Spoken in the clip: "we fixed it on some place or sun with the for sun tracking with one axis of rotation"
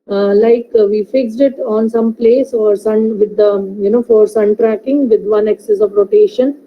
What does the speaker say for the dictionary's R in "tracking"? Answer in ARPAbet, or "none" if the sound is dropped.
R